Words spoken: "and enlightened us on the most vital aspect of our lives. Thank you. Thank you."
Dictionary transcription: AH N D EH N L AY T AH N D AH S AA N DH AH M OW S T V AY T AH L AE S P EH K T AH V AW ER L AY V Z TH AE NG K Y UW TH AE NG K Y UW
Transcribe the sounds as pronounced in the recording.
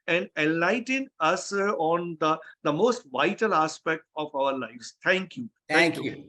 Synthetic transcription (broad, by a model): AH N D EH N L AY T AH N AH S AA N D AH M OW S T V AY T AH L AE S P EH K T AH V AW ER L AY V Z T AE NG K Y UW T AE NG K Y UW